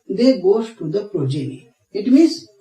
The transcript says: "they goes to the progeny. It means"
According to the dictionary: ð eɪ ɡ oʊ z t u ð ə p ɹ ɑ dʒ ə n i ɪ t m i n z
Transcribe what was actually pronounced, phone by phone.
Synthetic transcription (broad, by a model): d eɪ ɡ oʊ s t u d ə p ɹ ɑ dʒ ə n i ɪ t m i n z